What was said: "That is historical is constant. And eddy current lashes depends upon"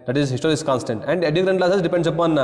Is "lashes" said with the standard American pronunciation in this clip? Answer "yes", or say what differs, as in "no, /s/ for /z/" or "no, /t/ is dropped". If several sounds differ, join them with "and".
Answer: no, /s/ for /ʃ/